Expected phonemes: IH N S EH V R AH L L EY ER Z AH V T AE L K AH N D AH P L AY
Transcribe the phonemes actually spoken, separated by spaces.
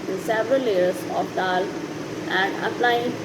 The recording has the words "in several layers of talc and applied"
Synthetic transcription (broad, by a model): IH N S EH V R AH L L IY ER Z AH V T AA L AH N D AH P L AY